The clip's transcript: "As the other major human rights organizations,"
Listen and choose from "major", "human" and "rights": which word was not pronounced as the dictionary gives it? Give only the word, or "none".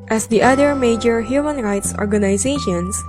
none